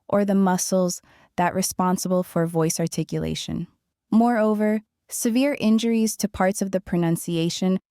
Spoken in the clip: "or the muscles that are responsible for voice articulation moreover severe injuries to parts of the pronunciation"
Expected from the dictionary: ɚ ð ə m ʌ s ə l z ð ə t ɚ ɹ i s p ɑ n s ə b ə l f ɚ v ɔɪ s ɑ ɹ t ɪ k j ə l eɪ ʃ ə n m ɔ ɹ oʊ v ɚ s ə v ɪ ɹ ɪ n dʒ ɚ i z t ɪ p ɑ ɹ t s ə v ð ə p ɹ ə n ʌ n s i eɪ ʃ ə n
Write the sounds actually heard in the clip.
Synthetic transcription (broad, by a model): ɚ ð ə m ʌ s l z ð ə t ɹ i s p ɑ n s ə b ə l f ɚ v ɔɪ s ɑ ɹ t ɪ k j ə l eɪ ʃ ə n m ɔ ɹ oʊ v ɚ s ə v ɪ ɹ ɪ n dʒ ɚ i z t ɪ p ɑ ɹ t s ə v ð ə p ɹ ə n ʌ n s i eɪ ʃ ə n